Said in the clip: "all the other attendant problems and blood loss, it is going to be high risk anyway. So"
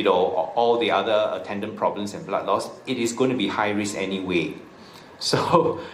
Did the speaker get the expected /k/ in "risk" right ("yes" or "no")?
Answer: no